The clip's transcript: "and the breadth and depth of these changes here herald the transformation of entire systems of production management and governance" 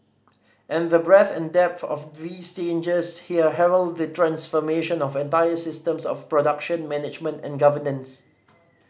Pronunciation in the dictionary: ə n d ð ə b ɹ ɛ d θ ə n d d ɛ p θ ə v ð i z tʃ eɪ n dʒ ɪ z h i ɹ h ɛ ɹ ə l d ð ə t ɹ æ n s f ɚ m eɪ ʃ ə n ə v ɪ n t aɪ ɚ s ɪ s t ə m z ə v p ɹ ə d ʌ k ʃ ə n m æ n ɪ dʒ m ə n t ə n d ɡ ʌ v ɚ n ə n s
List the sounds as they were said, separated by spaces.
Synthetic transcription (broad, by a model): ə n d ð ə b ɹ ɛ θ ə n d d ɛ p θ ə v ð i s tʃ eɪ n dʒ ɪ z h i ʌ h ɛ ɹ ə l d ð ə t ɹ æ n s f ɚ m eɪ ʃ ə n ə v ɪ n t aɪ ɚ s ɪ s t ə m s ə f p ɹ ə d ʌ k ʃ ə n m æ n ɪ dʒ m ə n t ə n ɡ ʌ v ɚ n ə n s